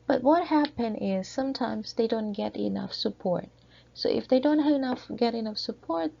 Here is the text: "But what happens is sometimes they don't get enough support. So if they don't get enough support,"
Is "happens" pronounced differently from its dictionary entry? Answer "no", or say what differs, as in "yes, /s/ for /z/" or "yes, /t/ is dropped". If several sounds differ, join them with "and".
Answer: yes, /z/ is dropped